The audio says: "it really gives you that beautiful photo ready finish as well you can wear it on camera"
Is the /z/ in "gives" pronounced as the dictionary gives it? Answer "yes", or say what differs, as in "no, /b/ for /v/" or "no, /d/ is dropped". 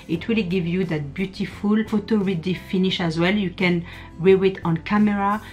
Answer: no, /z/ is dropped